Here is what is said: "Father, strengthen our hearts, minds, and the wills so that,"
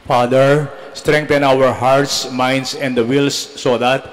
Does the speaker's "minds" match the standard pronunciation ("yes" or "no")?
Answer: no